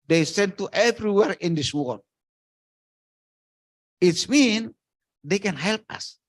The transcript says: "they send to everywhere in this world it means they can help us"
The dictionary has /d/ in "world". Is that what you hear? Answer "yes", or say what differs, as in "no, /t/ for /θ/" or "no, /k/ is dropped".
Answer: no, /d/ is dropped